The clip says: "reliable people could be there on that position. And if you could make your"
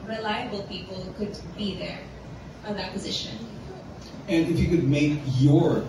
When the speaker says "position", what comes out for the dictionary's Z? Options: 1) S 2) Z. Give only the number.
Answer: 2